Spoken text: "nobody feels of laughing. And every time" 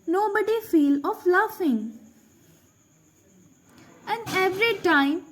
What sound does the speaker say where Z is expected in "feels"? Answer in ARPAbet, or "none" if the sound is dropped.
none